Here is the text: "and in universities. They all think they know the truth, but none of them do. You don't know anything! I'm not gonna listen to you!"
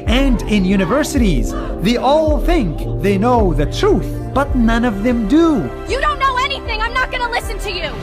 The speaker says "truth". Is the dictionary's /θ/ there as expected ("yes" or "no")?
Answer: yes